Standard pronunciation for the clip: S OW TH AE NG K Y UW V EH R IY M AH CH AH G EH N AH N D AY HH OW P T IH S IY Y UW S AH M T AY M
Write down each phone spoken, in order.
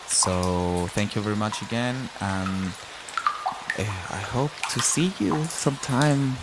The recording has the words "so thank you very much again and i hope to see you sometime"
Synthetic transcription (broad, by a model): S OW TH AE NG K Y UW V EH R IY M AH CH AH G EH N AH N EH AY HH OW P T IH S IY Y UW S AH M T AY M